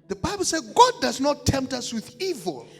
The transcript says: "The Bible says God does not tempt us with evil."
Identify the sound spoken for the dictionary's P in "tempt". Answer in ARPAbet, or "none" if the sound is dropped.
P